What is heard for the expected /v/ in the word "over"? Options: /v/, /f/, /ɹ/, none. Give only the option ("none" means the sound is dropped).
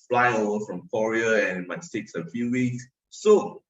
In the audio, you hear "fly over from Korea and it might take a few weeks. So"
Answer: none